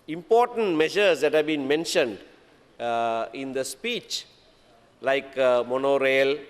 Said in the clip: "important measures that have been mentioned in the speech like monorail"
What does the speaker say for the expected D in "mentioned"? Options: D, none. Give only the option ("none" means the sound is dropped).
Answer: D